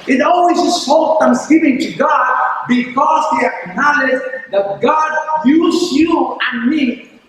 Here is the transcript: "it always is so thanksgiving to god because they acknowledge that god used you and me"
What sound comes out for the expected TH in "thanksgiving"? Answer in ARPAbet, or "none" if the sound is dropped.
F